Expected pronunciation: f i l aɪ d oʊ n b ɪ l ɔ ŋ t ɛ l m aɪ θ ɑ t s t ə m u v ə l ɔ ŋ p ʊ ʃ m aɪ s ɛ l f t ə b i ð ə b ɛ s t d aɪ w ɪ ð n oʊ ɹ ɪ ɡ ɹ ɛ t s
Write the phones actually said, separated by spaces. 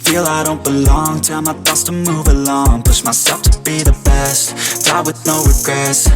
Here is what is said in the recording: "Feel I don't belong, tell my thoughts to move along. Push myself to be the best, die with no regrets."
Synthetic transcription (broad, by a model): f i l aɪ d oʊ n b ɪ l ɔ ŋ t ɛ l m aɪ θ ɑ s t ə m u v ə l ɔ ŋ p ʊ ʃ m aɪ s ɛ l f t ə b i ð ə b ɛ s t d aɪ w ɪ ð n oʊ ɹ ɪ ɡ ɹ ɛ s